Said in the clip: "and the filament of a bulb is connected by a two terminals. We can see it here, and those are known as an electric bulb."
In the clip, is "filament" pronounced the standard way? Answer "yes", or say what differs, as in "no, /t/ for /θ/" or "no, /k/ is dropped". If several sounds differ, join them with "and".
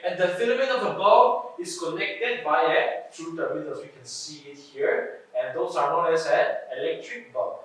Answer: no, /t/ is dropped